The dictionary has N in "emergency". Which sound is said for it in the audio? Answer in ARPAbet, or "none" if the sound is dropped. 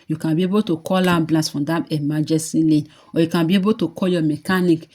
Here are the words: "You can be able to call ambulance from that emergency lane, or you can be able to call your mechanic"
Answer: none